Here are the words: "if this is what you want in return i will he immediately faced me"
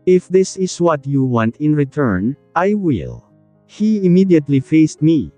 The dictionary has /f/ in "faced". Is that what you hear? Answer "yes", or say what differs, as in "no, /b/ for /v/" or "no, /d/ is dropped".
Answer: yes